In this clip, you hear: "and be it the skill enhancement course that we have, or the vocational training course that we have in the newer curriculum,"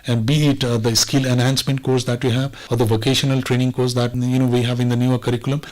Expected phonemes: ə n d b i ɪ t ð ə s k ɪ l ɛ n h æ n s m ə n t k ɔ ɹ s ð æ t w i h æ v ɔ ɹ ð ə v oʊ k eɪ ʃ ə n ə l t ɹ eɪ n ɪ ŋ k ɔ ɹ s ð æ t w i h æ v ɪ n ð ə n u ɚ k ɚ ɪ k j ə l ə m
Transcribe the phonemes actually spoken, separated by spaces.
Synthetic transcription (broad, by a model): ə n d b i ɪ t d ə s k ɪ l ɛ n h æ n s m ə n t k ɔ ɹ s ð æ t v i h æ v ɔ ɹ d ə v oʊ k eɪ ʃ ə n ə l t ɹ eɪ n ɪ ŋ k ɔ ɹ s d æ t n i h æ v ɪ n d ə n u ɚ k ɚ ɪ k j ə l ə m